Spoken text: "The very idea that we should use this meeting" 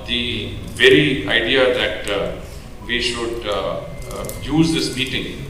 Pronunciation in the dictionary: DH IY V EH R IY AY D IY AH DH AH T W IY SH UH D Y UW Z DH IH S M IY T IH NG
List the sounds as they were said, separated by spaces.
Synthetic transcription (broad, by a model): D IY V EH R IY AY D IY AH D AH T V IY SH UH D Y UW Z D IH S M IY T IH NG